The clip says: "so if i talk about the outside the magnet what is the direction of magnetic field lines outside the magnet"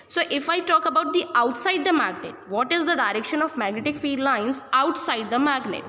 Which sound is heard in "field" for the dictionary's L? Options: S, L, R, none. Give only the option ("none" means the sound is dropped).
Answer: none